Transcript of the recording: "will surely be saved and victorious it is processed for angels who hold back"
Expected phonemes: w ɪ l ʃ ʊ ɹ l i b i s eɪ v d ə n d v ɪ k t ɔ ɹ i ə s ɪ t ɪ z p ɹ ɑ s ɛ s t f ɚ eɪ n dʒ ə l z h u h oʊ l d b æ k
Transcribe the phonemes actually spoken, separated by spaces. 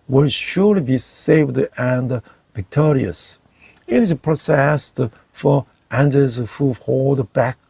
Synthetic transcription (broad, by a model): w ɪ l ʃ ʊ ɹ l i b i s eɪ v d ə n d v ɪ k t ɔ ɹ i ə s ɪ t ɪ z p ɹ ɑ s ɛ s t f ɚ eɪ n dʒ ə z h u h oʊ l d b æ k